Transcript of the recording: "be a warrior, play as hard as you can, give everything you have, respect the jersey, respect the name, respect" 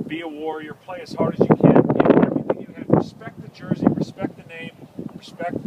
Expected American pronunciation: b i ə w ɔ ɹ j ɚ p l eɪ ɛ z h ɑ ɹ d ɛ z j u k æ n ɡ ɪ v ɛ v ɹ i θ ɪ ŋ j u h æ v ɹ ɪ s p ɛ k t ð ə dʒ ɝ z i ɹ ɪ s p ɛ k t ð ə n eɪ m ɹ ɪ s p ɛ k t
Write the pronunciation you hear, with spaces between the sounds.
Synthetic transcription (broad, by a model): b i ə w ɔ ɹ j ɚ p l eɪ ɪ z h ɑ ɹ d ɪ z j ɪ k æ n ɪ ɛ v ɹ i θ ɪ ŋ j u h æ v ɹ ɪ s p ɛ k t ð ə dʒ ɝ z i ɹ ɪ s p ɛ k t ð ə n eɪ m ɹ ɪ s p ɛ k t